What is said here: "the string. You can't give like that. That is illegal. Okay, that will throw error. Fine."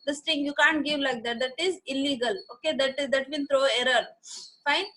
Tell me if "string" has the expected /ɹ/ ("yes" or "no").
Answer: no